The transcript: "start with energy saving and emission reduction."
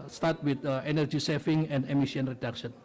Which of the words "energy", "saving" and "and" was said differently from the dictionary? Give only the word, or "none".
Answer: saving